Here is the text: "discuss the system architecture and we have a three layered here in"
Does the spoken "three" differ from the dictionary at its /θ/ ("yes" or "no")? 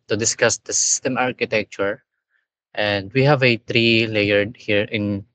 yes